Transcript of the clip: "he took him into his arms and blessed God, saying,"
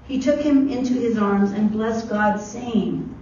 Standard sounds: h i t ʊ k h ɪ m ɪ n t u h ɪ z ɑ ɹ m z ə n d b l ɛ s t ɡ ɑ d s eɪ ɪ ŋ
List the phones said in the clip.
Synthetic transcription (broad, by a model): h i t ʊ k h ɪ m ɪ n t u ɪ z ɑ ɹ m z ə n b l ɛ s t ɡ ɑ d s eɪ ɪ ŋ